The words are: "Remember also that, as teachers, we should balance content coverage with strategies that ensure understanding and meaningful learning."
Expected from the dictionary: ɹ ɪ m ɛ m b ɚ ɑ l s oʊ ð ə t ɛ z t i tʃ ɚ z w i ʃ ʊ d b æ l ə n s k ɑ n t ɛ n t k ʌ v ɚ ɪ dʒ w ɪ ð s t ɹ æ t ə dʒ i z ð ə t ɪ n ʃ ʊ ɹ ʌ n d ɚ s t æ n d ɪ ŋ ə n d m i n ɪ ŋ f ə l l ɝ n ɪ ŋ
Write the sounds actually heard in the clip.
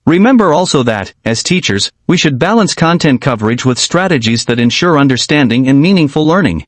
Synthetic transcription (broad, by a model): ɹ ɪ m ɛ m b ɚ ɑ l s oʊ ð ə t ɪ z t i tʃ ɚ z w i ʃ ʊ d b æ l ə n s k ɑ n t ɛ n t k ʌ v ɚ ɪ dʒ w ɪ ð s t ɹ æ t ə dʒ i z ð ə t ɪ n ʃ ʊ ɹ ʌ n d ɚ s t æ n d ɪ ŋ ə n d m i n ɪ ŋ f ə l l ɝ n ɪ ŋ